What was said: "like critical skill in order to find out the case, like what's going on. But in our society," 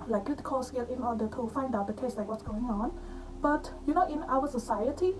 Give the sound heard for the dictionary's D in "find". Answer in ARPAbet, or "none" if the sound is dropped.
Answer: D